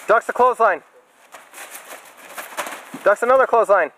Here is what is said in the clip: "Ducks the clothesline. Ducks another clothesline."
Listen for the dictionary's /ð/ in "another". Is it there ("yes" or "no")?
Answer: yes